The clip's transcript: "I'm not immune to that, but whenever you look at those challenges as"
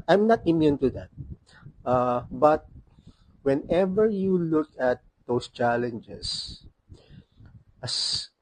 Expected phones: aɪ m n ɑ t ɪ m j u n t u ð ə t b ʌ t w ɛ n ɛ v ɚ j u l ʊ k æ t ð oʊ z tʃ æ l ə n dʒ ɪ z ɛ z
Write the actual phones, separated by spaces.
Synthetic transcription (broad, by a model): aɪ m n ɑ t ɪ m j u n t u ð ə t b ʌ t w ɛ n ɛ v ɚ j u l ʊ k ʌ t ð oʊ s tʃ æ l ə n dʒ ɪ s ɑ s